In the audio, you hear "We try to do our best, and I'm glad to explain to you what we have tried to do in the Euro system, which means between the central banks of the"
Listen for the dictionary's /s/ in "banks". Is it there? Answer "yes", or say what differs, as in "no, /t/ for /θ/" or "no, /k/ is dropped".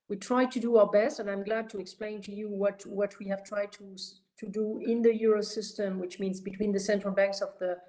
yes